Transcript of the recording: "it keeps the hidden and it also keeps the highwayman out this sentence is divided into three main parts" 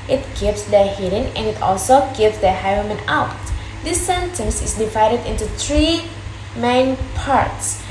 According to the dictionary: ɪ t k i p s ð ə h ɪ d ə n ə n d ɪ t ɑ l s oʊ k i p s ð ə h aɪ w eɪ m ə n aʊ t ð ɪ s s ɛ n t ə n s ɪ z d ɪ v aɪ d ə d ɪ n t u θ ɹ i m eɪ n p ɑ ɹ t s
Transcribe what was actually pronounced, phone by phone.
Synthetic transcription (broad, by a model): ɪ t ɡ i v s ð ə h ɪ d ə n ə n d ɪ t ɑ l s oʊ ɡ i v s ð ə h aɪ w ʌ m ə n aʊ t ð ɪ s s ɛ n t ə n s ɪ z d ɪ v aɪ d ə d ɪ n t u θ ɹ i m eɪ n p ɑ ɹ t s